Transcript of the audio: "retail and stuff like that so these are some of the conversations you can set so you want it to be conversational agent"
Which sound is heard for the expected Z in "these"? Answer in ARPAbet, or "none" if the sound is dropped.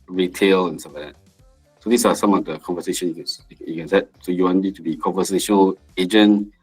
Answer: S